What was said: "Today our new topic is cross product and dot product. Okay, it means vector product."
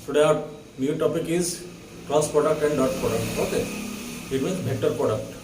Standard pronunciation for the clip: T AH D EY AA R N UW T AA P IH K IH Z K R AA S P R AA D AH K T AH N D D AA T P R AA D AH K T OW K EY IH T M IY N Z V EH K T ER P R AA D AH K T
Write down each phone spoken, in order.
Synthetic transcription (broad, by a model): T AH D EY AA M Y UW T AA P IH K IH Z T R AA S P R AA D AH K T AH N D D AA T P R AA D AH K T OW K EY IH T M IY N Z B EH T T P R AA D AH K T